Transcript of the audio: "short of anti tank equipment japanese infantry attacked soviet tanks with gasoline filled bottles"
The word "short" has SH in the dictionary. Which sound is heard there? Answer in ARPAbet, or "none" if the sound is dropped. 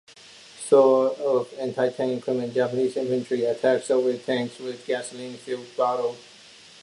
S